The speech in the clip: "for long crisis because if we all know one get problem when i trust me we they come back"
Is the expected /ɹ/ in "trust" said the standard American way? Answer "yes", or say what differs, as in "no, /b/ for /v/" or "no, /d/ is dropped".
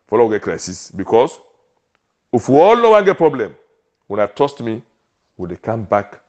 no, /ɹ/ is dropped